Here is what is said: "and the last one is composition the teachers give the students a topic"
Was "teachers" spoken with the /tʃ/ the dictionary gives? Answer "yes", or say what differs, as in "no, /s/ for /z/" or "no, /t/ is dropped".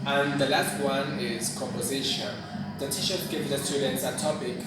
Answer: no, /ʃ/ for /tʃ/